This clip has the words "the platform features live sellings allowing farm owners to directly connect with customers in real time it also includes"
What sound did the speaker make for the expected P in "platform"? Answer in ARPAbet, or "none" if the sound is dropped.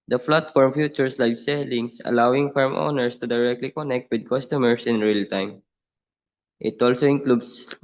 F